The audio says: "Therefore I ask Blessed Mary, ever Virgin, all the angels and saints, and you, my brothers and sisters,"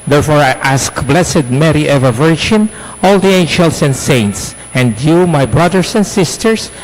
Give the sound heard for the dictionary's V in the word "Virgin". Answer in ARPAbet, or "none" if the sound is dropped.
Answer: V